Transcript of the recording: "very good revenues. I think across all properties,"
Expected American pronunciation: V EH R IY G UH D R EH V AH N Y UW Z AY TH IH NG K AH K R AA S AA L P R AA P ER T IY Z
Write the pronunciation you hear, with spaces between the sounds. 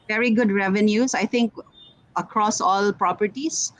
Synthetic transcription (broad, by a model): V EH R IY G UH D R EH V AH N Y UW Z AY T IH NG K AH K R AA S AA L P R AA P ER T IY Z